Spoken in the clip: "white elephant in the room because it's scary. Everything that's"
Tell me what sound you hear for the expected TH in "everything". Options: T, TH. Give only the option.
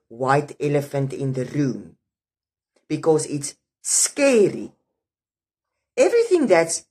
TH